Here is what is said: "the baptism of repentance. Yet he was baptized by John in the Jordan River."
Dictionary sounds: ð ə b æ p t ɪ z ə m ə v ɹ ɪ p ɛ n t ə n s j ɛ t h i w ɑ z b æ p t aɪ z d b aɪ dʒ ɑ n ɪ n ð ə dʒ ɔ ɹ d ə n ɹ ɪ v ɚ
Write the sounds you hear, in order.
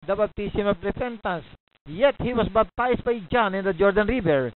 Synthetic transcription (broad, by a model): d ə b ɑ b t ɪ s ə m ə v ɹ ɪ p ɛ n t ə n s j ɛ t h i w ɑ s b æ b t aɪ s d b aɪ dʒ ɑ n ɪ n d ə dʒ ɔ ɹ d ə n ɹ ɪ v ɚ